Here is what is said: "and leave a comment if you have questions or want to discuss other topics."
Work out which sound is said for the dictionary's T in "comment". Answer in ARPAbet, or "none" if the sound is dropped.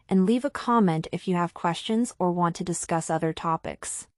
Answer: T